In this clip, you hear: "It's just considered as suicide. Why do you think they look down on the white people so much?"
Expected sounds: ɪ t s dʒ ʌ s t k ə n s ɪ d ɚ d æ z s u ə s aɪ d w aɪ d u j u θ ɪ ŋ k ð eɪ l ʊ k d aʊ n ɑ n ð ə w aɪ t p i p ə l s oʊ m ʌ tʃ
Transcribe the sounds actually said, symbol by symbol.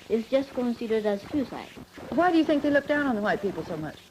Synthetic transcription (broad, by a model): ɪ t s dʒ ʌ s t k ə n s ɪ d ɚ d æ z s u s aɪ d w aɪ d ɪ j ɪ θ ɪ ŋ k ð eɪ l ʊ k d aʊ n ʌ n ð ə w aɪ t p i p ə l s oʊ m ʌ tʃ